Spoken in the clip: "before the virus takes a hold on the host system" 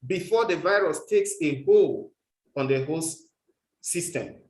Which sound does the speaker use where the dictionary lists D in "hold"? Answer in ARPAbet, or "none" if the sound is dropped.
none